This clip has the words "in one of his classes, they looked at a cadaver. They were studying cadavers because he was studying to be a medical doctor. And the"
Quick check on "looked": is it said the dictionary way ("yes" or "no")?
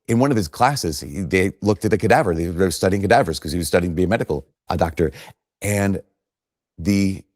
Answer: yes